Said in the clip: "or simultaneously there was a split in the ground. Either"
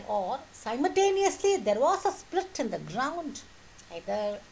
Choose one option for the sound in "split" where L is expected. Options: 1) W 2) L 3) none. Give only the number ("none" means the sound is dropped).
2